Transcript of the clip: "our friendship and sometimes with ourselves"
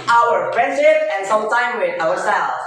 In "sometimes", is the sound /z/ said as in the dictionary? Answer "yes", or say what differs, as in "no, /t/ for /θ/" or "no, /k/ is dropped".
no, /z/ is dropped